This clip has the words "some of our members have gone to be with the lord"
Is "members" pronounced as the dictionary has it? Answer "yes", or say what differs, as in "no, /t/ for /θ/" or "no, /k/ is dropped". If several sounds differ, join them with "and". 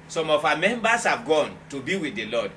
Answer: no, /s/ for /z/